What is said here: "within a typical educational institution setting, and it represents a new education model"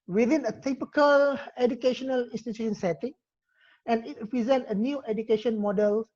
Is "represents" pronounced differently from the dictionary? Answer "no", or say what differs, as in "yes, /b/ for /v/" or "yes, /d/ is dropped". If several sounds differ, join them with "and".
yes, /s/ is dropped